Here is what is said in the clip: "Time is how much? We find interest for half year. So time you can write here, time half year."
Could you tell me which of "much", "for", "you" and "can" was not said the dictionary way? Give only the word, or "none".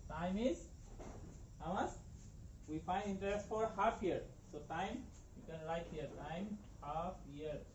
much